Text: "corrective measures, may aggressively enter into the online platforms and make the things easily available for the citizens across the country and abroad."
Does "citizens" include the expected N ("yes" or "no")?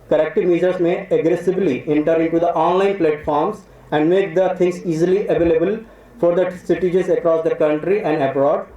no